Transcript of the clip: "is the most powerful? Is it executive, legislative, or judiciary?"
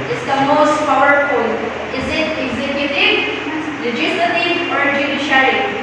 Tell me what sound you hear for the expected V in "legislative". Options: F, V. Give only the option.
F